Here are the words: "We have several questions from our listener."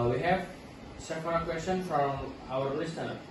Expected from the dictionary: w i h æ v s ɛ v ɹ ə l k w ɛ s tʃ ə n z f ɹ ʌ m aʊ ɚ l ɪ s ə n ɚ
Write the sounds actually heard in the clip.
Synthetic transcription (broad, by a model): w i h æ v s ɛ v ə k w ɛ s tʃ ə n f ɹ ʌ m aʊ ɚ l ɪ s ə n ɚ